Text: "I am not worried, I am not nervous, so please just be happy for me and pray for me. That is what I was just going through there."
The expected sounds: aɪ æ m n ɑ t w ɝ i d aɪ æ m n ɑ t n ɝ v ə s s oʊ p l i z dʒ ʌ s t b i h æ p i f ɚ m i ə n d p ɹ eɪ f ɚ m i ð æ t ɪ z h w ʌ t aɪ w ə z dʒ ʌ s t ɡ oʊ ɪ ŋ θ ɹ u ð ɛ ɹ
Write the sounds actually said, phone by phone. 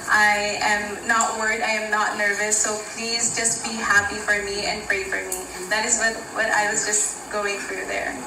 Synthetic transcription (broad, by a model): aɪ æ m n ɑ t w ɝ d aɪ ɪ m n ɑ t n ɝ v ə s s oʊ p l i z dʒ ʌ s t b i h æ p i f ɚ m i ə n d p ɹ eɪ f ɚ m i ð æ t ɪ z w w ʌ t aɪ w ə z dʒ ʌ s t ɡ oʊ ɪ ŋ θ ɹ u ð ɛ ɹ